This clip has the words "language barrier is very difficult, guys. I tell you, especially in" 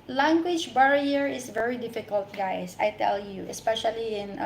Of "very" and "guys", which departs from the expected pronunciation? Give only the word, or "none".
guys